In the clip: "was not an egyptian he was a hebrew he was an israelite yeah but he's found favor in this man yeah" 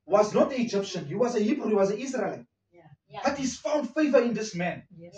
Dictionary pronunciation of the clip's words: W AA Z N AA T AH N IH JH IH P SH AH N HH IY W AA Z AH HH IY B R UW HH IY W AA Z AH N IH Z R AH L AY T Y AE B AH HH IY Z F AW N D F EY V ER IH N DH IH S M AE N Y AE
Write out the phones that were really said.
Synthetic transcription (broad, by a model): W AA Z N AA T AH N IH JH IH P SH AH N HH IY W AA Z AH HH IY B R UW HH IY W AA Z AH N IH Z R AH L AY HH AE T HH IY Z F AW N D F EY V ER IH N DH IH S M AE N